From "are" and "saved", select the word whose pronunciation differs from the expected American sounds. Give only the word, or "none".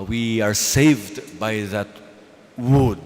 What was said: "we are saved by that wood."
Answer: none